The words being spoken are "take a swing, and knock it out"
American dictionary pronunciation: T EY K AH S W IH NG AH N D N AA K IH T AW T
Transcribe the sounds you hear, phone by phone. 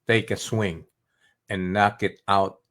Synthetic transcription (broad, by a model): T EY K AH S W IH NG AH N N AA K IH T AW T